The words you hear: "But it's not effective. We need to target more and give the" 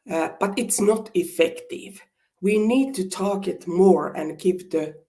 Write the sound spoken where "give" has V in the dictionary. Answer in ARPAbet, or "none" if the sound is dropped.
P